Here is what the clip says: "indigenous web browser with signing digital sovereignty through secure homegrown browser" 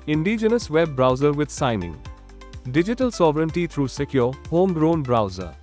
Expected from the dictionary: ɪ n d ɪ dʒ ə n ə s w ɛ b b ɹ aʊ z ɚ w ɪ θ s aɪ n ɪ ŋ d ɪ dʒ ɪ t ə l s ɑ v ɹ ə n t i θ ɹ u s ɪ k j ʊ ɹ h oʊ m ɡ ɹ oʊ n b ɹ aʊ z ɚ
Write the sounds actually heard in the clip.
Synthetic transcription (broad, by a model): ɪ n d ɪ dʒ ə n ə s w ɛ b b ɹ aʊ z ɚ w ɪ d s aɪ n ɪ ŋ d ɪ dʒ ɪ t ə l s ɑ v ɹ ə n t i t ɹ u s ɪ k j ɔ h oʊ m ɡ ɹ oʊ n b ɹ aʊ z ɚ